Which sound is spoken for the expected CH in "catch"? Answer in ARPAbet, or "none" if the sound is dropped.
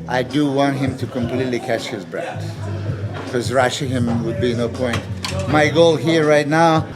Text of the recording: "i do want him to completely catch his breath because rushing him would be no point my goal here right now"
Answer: CH